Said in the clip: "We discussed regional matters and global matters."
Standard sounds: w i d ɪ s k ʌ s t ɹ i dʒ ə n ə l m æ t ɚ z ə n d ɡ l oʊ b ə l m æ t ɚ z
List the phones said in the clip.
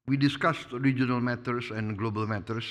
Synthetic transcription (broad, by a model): w i d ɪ s k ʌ s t ɹ i dʒ ə n ə l m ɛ t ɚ s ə n ɡ l oʊ b ə l m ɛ t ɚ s